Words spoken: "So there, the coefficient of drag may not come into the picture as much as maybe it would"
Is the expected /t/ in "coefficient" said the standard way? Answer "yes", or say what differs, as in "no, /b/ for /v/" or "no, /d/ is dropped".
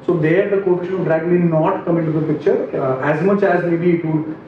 no, /t/ is dropped